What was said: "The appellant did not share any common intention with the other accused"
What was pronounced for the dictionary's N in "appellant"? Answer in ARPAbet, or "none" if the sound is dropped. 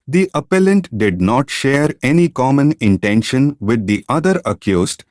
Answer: N